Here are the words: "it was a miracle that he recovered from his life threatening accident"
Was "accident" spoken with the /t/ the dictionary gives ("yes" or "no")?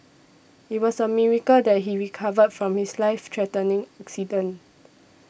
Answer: no